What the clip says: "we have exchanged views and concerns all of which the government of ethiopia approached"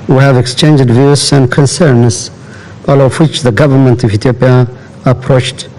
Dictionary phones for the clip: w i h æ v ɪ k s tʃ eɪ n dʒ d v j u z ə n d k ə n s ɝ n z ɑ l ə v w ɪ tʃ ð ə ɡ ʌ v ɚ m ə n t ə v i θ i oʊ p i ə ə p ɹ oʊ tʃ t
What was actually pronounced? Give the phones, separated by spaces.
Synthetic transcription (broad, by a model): w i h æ v ɪ k s tʃ eɪ n dʒ d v j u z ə n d k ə n s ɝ n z ɑ l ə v w ɪ tʃ ð ə ɡ ʌ v ɚ m ə n t ə v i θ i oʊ p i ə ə p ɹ oʊ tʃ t